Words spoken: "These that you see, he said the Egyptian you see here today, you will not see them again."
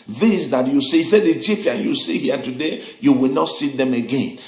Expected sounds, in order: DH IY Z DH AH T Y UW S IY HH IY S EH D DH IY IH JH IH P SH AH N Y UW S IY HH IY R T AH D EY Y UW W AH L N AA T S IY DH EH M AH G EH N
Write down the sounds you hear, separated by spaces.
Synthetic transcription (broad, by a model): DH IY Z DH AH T Y UW S IY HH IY S EH D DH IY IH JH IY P AH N Y UW S IY HH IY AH T AH D EY Y UW W AH L N AA T S IY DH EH M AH G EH N